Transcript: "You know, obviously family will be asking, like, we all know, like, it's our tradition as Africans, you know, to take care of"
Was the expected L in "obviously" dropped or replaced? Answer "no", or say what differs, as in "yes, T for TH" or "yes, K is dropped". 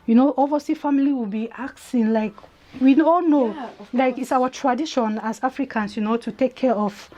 yes, L is dropped